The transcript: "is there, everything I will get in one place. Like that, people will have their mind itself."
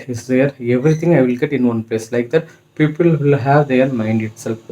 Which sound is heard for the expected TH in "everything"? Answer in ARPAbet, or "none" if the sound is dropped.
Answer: T